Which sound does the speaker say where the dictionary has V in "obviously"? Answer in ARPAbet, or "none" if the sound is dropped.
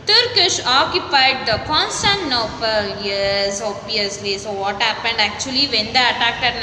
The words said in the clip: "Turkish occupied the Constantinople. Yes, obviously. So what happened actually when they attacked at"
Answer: none